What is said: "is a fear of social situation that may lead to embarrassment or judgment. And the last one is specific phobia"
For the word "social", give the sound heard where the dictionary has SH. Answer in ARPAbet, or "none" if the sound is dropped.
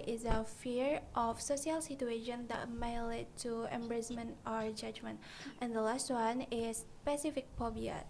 S